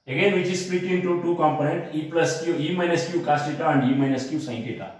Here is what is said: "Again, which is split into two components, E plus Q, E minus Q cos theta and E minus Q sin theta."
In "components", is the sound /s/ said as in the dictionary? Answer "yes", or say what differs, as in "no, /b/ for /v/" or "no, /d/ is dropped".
no, /s/ is dropped